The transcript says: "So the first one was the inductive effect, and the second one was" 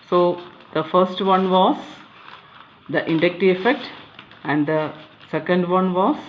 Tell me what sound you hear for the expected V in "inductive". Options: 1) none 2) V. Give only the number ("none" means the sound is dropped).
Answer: 1